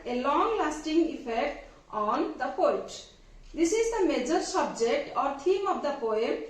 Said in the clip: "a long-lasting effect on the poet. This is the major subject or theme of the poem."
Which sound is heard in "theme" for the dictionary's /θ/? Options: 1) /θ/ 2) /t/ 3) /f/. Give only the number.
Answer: 2